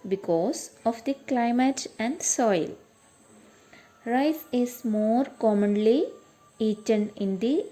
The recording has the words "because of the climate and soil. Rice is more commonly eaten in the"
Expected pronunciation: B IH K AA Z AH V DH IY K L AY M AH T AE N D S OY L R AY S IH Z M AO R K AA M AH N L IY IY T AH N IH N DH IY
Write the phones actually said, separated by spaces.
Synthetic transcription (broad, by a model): B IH K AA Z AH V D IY K L AY M AH T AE N D S OY L R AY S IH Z M AO R K AA M AH N L IY IY T AH N IH N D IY